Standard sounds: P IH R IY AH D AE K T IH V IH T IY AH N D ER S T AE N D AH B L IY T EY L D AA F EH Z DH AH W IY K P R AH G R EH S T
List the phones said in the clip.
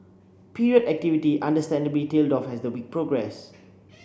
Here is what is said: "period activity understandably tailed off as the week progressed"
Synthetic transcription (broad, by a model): P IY R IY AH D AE K T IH V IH T IY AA N D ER S T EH N D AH B L IY T EY L D AA F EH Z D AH W IY K P R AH G R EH S